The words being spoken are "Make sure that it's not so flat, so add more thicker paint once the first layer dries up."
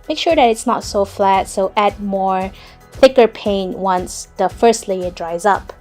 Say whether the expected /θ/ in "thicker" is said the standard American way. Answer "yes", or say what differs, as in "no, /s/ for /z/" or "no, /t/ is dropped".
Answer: yes